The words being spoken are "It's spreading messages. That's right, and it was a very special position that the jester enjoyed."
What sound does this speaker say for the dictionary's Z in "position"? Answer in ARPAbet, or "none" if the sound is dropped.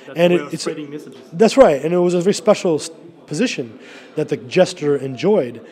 Z